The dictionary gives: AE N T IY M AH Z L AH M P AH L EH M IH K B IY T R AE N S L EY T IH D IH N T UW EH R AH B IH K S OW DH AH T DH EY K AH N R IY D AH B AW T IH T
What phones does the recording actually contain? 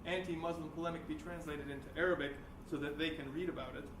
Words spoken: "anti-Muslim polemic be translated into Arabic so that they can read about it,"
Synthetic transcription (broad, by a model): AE N T IY M AH Z L AH M P AH L EH M IH K B IY T R AE N S L EY T IH D IH N T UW EH R AH B IH K S OW DH AH T DH EY K AH N R IY D AH B AW T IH T